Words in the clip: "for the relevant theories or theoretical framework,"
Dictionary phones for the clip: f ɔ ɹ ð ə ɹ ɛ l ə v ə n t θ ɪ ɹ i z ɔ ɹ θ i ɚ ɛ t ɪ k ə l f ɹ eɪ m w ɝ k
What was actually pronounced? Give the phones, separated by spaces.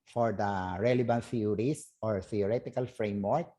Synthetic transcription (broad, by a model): f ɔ ɹ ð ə ɹ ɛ l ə b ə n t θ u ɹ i s ɔ ɹ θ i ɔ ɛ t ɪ k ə l f ɹ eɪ m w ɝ k